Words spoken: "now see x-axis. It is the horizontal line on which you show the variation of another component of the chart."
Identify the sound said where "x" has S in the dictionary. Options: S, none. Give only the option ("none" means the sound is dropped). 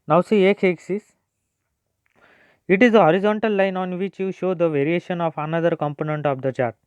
none